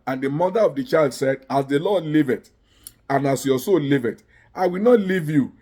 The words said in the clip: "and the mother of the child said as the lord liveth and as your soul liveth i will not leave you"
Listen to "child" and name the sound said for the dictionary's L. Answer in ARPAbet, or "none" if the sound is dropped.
L